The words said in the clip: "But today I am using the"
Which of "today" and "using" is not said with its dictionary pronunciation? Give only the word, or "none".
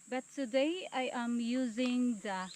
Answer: none